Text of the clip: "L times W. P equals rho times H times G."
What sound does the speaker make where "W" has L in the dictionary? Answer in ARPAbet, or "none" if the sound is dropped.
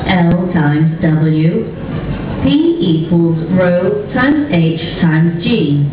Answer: L